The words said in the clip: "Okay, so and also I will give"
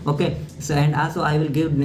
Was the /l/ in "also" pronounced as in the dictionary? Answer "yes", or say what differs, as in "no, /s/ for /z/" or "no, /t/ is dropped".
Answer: yes